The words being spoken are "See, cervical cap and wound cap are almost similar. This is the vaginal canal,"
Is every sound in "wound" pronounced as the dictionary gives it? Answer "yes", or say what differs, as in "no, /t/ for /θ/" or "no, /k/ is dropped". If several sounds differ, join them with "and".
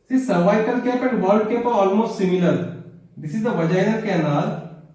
no, /l/ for /n/